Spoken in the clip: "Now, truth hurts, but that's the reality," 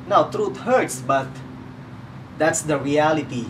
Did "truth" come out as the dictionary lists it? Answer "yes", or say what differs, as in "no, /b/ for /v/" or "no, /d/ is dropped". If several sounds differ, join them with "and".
no, /t/ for /θ/